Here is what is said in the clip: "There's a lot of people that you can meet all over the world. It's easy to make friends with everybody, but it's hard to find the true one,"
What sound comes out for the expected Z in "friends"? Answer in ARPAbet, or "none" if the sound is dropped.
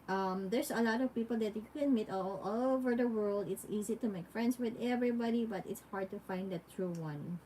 S